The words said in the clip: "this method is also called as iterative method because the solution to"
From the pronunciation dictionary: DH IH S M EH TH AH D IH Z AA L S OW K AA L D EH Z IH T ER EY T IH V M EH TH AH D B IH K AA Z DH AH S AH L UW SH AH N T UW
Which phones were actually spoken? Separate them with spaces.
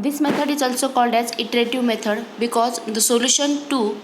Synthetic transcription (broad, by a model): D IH S M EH T AH D IH Z AA L S OW K AA L D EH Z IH T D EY T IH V M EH T AH D B IH K AA Z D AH S AH L UW SH AH N T UW